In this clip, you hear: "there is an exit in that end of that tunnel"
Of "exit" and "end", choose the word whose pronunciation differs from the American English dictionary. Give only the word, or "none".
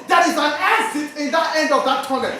exit